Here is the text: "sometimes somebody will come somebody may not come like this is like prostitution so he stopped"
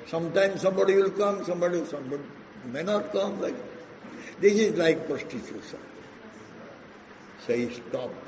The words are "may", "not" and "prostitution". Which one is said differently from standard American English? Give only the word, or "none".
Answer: prostitution